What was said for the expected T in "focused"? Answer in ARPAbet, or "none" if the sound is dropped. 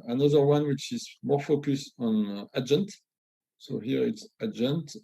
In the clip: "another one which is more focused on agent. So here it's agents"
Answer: none